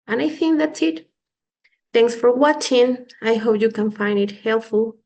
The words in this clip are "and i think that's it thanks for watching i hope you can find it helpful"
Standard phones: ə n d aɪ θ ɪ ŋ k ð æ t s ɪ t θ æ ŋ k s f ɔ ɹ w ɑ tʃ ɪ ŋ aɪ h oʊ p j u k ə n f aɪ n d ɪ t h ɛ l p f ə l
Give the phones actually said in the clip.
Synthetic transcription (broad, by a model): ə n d aɪ θ ɪ ŋ k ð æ t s ɪ t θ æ ŋ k s f ɔ ɹ w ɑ tʃ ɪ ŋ aɪ h oʊ p j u k ə n f aɪ n d ɪ t h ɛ l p f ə l